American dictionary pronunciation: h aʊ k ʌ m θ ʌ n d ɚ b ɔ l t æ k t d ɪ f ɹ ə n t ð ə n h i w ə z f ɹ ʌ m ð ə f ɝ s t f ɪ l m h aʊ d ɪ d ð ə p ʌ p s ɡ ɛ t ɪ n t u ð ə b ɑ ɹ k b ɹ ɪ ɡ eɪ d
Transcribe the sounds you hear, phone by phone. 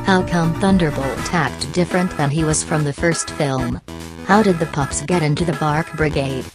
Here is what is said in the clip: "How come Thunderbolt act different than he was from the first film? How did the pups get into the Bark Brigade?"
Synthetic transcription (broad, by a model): h aʊ k ʌ m θ ʌ n d ɚ b ɔ l t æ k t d ɪ f ɹ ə n ð ə n i w ə z f ɹ ʌ m ð ə f ɝ s t f ɪ l m h aʊ d ɪ d ð ə p ʌ p s ɡ ɛ t ɪ n t u ð ə b ɑ ɹ k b ɹ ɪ ɡ eɪ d